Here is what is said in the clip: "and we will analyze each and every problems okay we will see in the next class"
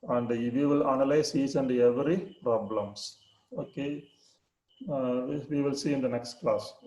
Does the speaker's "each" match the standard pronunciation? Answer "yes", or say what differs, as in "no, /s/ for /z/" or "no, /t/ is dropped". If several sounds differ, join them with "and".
no, /s/ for /tʃ/